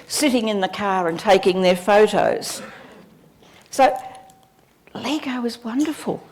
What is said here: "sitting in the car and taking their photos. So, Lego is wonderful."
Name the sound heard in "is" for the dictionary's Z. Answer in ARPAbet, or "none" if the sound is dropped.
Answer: Z